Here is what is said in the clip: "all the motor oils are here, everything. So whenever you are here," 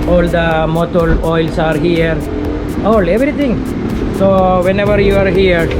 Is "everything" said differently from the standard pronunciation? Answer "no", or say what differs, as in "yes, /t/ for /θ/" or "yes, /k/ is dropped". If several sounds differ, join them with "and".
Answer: yes, /t/ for /θ/